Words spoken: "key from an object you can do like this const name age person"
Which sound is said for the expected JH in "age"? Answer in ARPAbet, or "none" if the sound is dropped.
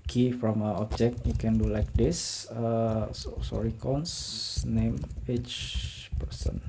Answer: CH